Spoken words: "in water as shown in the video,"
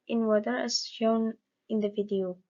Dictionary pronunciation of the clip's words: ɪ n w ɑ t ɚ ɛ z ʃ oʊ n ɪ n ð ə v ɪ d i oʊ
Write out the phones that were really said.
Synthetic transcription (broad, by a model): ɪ n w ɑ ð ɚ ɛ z ʃ oʊ n ɪ n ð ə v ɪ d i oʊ